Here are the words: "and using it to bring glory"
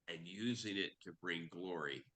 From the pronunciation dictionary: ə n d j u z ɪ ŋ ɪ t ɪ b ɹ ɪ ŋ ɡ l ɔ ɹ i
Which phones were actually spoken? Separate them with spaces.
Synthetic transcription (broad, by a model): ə n j u z ɪ ŋ ɪ t ɪ b ɹ ɪ ŋ ɡ l ɔ ɹ i